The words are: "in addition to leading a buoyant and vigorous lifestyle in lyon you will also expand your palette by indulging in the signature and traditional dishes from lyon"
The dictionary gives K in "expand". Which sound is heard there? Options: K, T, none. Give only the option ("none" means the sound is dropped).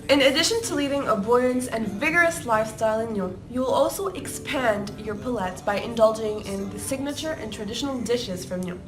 K